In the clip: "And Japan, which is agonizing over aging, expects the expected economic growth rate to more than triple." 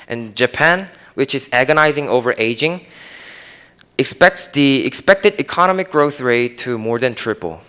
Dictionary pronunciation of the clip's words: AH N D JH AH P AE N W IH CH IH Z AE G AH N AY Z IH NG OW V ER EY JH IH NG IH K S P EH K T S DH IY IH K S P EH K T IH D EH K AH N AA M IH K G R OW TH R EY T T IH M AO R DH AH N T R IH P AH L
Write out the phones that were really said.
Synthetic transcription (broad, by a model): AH N JH AH P AE N W IH CH IH Z AE G AH N AY Z IH NG OW V ER EY JH IH NG IH K S P EH K T S DH IY IH K S P EH K T IH D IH K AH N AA M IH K G R OW TH R EY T T IH M AO R DH AH N T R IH P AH L